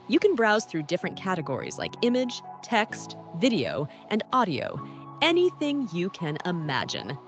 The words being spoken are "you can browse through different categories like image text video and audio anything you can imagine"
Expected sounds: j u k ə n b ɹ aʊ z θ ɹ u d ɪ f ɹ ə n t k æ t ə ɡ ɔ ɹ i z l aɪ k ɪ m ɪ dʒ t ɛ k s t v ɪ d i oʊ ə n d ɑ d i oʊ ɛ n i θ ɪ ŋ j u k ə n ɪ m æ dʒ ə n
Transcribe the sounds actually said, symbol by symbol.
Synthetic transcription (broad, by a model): j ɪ k ə n b ɹ aʊ z θ ɹ u d ɪ f ɹ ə n k æ t ə ɡ ɔ ɹ i z l aɪ k ɪ m ɪ dʒ t ɛ k s t v ɪ d i oʊ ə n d ɑ d i oʊ ɛ n i θ ɪ ŋ j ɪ k ə n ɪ m æ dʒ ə n